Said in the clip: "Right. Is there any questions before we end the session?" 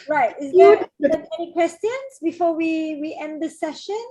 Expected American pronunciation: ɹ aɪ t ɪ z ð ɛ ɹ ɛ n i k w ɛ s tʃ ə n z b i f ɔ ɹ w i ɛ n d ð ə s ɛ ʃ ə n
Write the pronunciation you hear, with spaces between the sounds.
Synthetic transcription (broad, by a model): ɹ aɪ t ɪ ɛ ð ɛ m ɛ n i k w ɛ s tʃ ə n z b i f ɔ w w i ɛ n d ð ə s ɛ ʃ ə n